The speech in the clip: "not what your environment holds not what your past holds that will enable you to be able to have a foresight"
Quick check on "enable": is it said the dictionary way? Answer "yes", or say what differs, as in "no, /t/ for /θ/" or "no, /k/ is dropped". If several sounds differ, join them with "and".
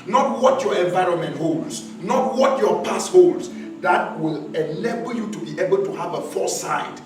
no, /l/ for /n/